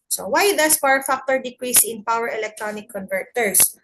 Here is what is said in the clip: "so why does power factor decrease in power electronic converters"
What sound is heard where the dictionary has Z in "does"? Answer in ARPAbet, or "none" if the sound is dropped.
S